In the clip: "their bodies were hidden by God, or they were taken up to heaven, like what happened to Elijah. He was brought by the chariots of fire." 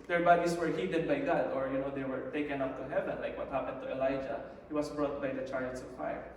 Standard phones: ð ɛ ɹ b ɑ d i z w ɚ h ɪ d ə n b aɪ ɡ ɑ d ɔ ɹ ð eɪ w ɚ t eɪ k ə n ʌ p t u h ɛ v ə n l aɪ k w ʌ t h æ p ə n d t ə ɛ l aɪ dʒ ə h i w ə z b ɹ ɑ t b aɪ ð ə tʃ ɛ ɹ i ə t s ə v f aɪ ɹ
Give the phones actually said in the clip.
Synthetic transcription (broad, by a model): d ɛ ɹ b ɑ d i s w ɚ h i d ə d b aɪ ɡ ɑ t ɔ ɹ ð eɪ w ɚ t eɪ k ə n ʌ p t u h ɛ v ə n l aɪ k w ʌ t h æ p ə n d t ə ɛ l aɪ dʒ ə h i w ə s b ɹ ɑ t b aɪ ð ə tʃ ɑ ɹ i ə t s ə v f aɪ